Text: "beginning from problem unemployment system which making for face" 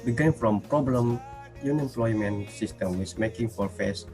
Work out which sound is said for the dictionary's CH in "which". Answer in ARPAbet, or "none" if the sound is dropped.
S